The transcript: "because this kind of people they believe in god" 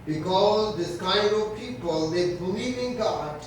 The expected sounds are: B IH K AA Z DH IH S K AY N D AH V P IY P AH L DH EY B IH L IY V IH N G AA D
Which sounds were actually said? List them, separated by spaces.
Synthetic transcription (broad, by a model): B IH K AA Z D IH S K AY D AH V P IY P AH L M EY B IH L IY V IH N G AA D